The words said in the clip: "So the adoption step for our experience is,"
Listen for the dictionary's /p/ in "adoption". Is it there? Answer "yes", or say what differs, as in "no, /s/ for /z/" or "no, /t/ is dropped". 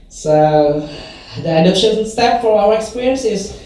no, /p/ is dropped